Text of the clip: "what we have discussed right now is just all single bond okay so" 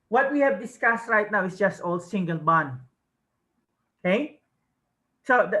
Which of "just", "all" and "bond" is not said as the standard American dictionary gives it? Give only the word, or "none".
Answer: bond